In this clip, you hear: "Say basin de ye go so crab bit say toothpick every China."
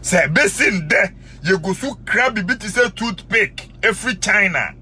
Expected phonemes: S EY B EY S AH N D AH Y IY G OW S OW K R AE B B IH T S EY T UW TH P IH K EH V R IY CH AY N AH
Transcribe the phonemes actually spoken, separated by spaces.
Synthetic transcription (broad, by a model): S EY B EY S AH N D AH Y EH G OW S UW K R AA B B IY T S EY T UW T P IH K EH F R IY CH AY N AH